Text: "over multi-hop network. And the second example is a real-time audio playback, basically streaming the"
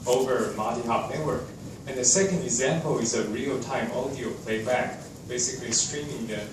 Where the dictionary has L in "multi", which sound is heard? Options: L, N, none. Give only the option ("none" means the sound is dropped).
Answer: none